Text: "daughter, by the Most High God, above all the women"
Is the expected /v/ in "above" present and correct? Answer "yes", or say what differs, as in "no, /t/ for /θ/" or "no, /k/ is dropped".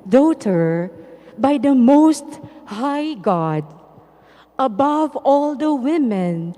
yes